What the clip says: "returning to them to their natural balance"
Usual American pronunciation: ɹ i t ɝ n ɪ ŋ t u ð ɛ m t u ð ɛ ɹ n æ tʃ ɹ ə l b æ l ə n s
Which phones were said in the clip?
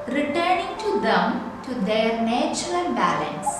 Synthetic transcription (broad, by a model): ɹ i t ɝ n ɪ ŋ t u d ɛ m t u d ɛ ɹ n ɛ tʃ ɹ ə n b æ l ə n s